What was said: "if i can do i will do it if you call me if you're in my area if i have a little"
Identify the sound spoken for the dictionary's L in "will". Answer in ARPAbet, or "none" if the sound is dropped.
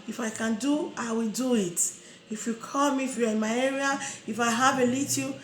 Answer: L